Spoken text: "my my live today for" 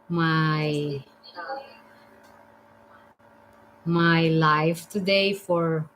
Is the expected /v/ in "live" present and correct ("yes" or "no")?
no